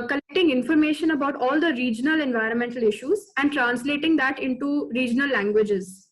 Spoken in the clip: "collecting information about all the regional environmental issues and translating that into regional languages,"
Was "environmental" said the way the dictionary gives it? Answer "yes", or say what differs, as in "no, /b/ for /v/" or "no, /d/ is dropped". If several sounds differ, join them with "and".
yes